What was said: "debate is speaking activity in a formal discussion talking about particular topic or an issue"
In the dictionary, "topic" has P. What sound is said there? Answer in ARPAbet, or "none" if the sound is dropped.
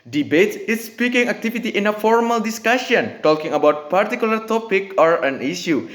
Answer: P